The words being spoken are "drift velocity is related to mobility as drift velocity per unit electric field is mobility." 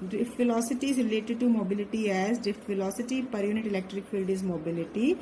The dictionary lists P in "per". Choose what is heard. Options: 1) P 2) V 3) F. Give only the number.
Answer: 1